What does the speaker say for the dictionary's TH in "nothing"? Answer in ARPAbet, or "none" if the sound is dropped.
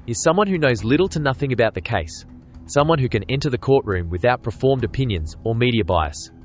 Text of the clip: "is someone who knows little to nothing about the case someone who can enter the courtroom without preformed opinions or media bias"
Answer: TH